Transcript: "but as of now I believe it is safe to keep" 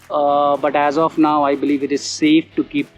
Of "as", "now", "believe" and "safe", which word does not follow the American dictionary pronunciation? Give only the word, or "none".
none